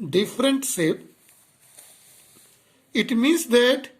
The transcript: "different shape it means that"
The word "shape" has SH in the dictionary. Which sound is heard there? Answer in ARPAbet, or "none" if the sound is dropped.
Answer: S